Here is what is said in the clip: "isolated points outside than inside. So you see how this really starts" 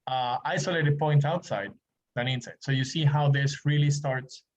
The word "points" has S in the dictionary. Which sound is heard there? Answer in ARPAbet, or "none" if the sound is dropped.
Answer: none